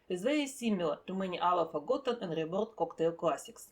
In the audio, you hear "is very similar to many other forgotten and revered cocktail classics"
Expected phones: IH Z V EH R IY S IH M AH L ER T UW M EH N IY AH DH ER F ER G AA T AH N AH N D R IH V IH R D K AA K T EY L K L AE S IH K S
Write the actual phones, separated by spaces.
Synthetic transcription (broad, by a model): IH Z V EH IY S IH M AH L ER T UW M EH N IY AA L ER F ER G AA T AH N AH N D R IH B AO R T K AA K T EY L K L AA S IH K S